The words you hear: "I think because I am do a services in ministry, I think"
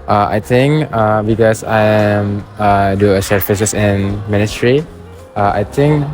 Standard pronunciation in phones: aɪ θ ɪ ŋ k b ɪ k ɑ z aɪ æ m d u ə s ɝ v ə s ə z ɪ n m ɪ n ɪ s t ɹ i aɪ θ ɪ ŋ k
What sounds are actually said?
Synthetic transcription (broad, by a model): aɪ t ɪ ŋ k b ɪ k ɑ s aɪ m d u ə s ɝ f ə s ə s ɪ n m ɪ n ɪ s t ɹ i aɪ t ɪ ŋ k